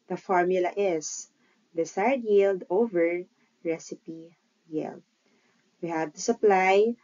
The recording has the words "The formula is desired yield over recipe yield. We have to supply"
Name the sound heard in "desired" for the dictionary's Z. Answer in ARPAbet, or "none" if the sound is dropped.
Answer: S